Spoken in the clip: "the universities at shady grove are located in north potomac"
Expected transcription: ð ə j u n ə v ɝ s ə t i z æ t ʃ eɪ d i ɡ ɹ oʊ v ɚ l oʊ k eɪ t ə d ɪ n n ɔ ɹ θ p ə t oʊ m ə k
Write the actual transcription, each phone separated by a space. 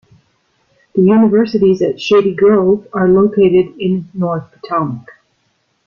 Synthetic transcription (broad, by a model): ð ə j u n ə v ɝ s ə t i z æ t ʃ eɪ d i ɡ ɹ oʊ v ɚ l oʊ k eɪ t ə d ɪ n n ɔ ɹ θ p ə t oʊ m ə k